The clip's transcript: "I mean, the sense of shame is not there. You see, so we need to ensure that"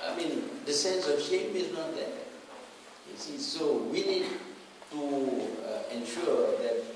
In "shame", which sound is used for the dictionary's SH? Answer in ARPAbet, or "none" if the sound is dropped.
SH